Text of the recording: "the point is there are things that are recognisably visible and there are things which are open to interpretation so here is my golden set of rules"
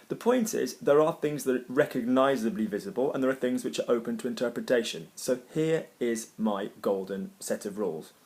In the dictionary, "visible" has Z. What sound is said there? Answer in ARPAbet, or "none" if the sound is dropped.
Z